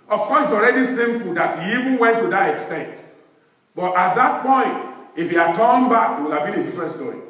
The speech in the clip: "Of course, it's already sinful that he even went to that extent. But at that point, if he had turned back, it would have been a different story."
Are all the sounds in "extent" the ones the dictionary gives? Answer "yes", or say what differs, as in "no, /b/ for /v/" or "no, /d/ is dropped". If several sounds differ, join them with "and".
yes